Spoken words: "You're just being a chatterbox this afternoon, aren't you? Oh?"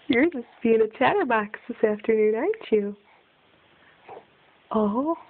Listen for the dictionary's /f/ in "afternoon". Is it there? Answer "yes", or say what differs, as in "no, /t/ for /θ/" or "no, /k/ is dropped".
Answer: yes